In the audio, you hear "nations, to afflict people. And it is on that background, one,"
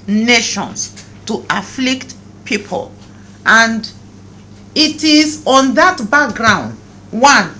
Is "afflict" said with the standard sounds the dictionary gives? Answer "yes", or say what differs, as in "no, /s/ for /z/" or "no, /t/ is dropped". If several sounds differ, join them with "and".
yes